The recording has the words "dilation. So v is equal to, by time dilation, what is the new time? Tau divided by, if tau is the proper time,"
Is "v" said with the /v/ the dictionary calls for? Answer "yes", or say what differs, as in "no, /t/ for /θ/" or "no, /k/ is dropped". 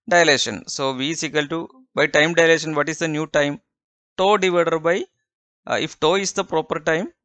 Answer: yes